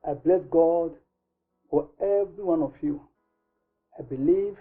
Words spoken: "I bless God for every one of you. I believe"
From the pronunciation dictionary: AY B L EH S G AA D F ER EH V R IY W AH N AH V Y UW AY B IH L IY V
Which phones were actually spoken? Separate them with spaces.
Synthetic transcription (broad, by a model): AY B L EH S G AA D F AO EH V R IY W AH N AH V Y UW AY B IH L IY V